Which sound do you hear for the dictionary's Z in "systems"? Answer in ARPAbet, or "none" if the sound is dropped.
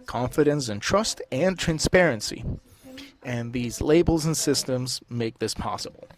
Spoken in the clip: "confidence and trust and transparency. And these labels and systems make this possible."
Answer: Z